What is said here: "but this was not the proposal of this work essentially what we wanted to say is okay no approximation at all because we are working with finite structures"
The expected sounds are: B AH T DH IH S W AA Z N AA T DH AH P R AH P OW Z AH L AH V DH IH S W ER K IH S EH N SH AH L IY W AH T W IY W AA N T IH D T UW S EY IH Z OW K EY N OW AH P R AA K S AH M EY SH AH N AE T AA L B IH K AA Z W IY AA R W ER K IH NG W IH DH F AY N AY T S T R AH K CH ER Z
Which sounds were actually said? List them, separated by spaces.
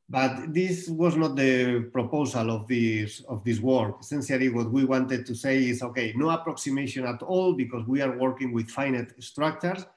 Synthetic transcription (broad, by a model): B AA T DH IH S W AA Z N AA T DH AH P R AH P OW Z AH L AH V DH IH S W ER K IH S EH N S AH L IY W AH T W IY W AA N T IH D T UW S EY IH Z OW K EY N OW AH P R AA K S AH M EY SH AH N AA T AA L B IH K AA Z W IY AA R W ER K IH NG W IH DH F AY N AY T S T R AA K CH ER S